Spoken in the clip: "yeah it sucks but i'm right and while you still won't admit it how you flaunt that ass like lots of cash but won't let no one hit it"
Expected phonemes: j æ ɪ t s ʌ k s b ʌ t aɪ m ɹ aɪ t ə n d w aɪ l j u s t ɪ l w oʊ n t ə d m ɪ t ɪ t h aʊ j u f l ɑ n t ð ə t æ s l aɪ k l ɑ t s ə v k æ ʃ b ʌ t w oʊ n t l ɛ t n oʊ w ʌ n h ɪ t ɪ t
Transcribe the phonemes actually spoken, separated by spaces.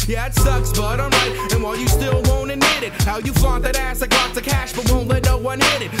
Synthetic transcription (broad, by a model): j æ ɪ t s ʌ k s b ʌ t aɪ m ɹ aɪ t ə n w aɪ l j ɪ s t ɪ l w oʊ n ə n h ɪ t ɪ t h aʊ j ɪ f ɑ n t ð ə t æ s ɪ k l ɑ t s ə k æ ʃ b ʌ t w oʊ n t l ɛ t n oʊ w ʌ n h ɪ t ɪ t